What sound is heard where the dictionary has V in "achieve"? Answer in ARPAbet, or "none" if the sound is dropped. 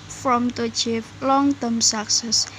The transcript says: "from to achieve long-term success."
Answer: P